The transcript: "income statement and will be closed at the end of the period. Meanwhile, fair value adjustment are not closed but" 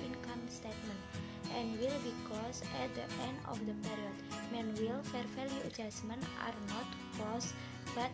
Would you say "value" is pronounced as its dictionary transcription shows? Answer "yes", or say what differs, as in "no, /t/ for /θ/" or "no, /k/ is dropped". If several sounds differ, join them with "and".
no, /f/ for /v/